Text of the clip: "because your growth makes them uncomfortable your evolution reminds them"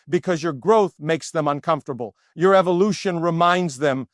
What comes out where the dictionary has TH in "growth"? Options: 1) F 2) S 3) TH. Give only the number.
3